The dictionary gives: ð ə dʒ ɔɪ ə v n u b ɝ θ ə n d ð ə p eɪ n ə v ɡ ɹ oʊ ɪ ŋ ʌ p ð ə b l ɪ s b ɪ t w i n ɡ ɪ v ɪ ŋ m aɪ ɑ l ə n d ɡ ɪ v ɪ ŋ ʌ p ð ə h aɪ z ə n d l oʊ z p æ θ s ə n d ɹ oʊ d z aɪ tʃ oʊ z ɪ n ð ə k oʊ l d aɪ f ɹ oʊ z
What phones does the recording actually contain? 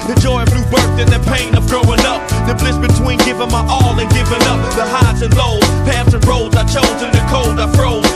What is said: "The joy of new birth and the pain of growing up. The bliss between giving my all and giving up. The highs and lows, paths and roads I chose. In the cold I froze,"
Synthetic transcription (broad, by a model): ð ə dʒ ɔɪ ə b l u b ɝ θ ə n ð ə p eɪ n ə v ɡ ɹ oʊ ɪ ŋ ʌ p ð ə b l ɪ s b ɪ t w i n ɡ ɪ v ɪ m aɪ ɑ l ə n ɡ ɪ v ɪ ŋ ʌ p ð ə h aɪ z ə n l oʊ z p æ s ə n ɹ oʊ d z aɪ tʃ oʊ z ɪ n ð ə k oʊ l d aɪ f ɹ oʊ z